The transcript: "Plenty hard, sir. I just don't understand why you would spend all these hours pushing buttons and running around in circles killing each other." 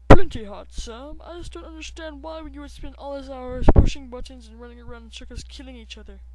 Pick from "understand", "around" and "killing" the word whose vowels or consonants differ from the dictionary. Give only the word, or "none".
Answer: around